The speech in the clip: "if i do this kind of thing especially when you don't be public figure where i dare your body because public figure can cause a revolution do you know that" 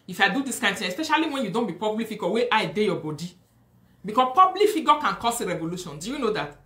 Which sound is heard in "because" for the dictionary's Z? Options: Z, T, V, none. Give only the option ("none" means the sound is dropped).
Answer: none